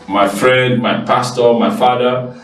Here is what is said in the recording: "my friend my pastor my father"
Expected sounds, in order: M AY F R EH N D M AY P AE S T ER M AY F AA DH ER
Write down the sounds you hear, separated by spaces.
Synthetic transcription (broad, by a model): M AY F R EH N D M AY P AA S T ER M AY F AA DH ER